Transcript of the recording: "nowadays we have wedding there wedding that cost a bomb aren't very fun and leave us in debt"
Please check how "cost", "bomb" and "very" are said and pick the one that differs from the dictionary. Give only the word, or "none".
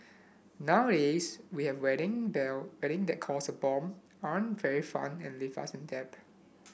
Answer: cost